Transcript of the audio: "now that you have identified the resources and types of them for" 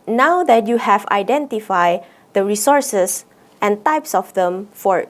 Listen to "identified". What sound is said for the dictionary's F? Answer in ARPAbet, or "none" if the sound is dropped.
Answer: F